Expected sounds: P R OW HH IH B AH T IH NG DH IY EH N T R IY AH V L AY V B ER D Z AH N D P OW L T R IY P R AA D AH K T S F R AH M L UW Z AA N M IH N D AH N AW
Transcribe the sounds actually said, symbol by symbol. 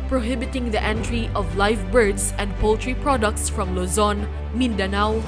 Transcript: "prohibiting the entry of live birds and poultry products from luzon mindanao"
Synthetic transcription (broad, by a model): P R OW HH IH B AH T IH NG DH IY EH N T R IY AH V L AY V B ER D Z AH N D P OW L T R IY P R AA D AH K T S F R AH M L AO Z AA N M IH N D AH N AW